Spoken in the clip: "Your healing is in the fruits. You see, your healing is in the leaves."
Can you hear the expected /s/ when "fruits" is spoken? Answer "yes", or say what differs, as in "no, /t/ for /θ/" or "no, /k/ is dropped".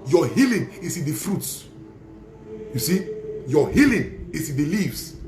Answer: yes